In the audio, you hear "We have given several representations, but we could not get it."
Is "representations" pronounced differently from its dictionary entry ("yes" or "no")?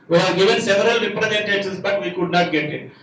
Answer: yes